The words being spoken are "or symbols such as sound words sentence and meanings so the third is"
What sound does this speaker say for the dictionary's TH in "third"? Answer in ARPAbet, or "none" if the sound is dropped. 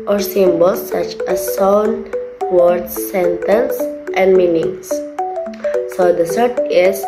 S